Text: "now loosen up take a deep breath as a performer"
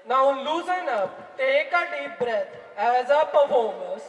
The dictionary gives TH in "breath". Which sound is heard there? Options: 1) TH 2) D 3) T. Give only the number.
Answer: 3